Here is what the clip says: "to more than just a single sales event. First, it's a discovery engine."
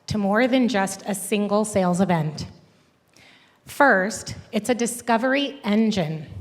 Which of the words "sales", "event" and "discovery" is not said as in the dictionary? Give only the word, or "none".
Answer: none